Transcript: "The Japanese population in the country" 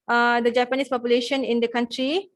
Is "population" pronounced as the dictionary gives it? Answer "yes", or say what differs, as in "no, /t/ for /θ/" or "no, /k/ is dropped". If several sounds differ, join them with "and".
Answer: yes